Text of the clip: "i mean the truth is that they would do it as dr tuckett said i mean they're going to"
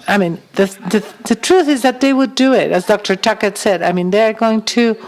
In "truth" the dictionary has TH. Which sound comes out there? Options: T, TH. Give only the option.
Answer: TH